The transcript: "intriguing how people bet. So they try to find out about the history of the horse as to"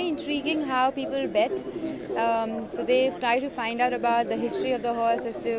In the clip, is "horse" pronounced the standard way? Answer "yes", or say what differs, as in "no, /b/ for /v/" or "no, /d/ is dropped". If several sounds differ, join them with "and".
no, /l/ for /ɹ/